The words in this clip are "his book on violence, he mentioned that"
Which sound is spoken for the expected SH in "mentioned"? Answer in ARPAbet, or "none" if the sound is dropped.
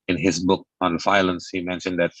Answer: SH